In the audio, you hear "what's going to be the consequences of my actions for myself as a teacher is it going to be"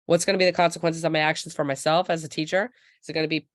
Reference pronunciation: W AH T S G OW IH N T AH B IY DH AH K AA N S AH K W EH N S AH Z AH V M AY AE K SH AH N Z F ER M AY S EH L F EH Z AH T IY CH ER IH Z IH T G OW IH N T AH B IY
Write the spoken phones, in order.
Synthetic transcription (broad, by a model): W AH T S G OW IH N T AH B IY DH AH K AA N S AH K W EH N S AH Z AH V M AY AE K SH N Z F ER M AY S EH L F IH Z AH T IY CH ER IH Z IH T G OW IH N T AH B IY